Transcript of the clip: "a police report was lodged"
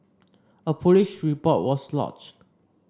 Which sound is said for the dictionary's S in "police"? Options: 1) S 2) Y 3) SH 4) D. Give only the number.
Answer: 3